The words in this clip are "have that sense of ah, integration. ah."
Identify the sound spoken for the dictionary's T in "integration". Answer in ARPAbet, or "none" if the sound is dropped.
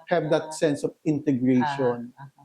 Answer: T